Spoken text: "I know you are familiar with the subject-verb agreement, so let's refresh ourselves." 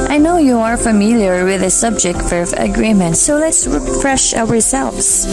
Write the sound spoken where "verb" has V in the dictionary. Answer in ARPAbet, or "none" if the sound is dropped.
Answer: F